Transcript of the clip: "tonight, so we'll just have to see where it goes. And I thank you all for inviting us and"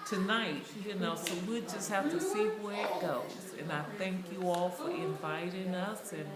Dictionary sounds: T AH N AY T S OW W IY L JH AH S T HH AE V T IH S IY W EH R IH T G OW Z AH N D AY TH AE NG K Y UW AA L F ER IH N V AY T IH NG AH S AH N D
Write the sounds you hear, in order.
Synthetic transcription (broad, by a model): T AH N AY T S OW W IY JH AH S T HH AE F T IH S IY W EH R IH T G OW Z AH N AY TH AE NG K Y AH AA L F ER IH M V AY T IH NG AH S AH N